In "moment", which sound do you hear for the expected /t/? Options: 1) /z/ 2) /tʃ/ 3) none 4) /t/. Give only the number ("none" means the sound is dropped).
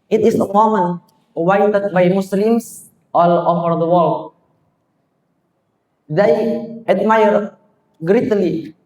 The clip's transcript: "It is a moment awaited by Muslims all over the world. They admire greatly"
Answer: 3